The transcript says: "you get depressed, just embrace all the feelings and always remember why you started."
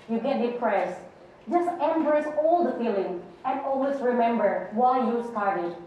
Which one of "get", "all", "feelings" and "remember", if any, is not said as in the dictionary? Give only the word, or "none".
feelings